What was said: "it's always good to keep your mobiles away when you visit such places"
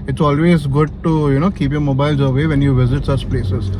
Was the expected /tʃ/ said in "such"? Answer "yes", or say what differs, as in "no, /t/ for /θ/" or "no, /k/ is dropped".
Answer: yes